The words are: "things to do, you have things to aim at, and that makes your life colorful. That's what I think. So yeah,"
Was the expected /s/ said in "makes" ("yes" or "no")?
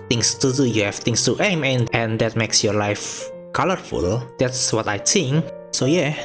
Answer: yes